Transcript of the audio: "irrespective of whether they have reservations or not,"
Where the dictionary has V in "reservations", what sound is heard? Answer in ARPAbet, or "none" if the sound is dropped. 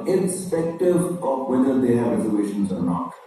none